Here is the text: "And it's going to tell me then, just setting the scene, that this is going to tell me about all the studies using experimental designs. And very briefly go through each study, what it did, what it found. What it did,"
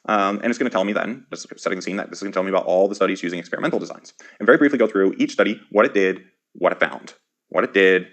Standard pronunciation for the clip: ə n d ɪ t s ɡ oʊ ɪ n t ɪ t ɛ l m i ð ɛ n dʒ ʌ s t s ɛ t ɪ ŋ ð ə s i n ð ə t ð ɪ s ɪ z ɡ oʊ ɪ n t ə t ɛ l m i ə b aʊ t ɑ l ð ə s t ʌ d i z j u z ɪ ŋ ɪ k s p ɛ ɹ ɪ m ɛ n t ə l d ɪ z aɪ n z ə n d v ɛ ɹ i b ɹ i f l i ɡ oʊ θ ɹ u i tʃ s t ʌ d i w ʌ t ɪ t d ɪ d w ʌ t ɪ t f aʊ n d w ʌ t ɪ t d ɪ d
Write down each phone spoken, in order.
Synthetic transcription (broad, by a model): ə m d ɪ t s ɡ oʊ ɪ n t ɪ t ɛ l m i ð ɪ n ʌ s s ɛ t ɪ ŋ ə s i n ð ə t ð ɪ s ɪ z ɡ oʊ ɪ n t t ɛ l m i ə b aʊ t ɑ l ð ə s t ʌ d i z j u z ɪ ŋ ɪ k s p ɛ ɹ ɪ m ɛ n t l d ɪ z aɪ n z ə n v ɛ ɹ i b ɹ i f l i ɡ oʊ θ ɹ u i tʃ s t ʌ d i w ʌ t ɪ t d ɪ d w ʌ t ɪ t f aʊ n d w ʌ t ɪ t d ɪ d